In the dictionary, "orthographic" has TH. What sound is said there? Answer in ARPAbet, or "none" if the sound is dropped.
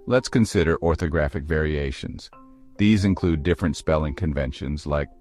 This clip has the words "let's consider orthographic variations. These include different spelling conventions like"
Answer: TH